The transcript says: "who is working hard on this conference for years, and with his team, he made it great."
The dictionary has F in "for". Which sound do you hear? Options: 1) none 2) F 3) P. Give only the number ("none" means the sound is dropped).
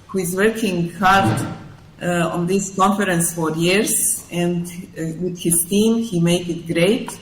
2